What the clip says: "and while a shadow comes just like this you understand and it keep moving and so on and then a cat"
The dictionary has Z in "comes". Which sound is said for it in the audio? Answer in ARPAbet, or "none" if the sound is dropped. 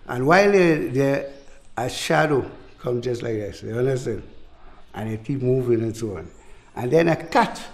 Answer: none